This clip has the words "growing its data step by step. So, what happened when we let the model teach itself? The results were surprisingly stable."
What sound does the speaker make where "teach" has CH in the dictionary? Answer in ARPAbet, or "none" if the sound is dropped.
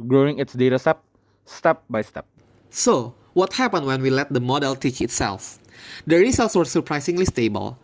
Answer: CH